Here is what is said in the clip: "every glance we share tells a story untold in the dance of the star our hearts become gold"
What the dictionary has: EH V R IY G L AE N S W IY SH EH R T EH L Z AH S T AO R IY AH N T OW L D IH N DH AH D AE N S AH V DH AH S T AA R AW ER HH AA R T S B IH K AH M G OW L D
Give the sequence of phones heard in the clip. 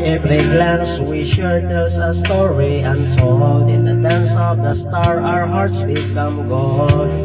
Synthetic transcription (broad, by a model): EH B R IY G L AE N S W IY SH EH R T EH L S AH S T AO R IY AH N S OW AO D IH N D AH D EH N S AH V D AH S T AA R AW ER HH AA R T S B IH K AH M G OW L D